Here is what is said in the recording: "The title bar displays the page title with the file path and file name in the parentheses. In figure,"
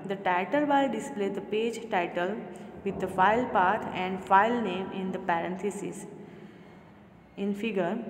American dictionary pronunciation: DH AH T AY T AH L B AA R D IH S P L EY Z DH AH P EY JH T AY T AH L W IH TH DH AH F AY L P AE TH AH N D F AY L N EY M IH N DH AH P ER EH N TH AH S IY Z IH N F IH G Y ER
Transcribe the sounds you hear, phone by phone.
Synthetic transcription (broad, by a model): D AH T AY T AH L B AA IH D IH S P L EY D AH P EY JH T AY T AH L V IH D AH F AY L P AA T AH N D F AY L N EY M IH N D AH P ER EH N T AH S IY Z IH N F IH G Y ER